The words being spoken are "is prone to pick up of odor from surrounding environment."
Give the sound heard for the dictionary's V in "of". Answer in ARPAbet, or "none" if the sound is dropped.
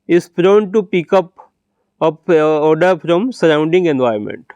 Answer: P